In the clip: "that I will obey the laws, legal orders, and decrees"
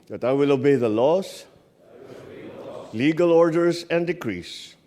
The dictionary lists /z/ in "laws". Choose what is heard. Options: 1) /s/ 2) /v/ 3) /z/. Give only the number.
1